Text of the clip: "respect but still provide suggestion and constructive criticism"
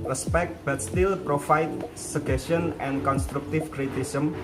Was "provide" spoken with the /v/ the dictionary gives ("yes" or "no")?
no